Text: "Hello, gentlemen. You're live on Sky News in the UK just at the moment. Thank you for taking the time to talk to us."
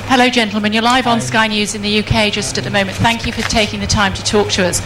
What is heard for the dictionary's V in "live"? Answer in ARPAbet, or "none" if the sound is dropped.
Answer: V